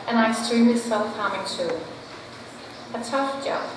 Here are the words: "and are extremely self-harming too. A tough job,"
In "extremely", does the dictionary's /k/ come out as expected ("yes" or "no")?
no